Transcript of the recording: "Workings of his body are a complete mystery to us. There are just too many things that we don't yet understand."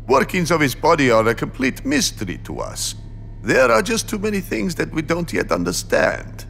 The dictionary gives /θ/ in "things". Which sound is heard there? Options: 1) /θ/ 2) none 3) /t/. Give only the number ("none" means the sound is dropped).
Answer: 1